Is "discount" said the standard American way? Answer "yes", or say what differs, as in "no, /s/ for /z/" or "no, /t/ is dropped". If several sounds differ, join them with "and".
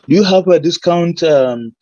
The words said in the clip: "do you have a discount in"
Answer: yes